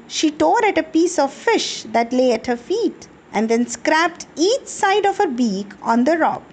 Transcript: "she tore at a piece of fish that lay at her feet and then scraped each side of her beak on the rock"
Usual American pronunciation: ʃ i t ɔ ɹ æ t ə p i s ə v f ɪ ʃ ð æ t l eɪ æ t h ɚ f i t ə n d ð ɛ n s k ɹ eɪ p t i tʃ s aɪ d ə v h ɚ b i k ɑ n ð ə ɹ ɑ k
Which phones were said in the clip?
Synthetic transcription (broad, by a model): ʃ i t ɔ ɹ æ t ə p i s ə v f ɪ ʃ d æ t l eɪ æ t h ɚ f i t ə n d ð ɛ n s k ɹ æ p t i tʃ s aɪ d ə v h ɚ b i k ɑ n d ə ɹ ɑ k